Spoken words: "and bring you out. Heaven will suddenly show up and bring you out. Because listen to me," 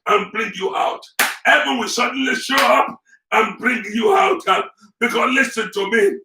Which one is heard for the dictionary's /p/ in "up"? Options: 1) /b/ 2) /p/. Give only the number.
2